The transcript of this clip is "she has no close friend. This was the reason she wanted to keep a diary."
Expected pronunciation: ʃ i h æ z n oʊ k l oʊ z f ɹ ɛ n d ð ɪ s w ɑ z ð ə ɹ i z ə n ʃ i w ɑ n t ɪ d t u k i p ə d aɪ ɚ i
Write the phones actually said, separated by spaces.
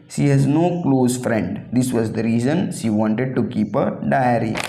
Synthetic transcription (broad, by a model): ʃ i h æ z n oʊ k l oʊ z f ɹ ɛ n d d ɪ s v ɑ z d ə ɹ i z ə n ʃ i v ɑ n t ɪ d t u k i p ə d aɪ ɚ i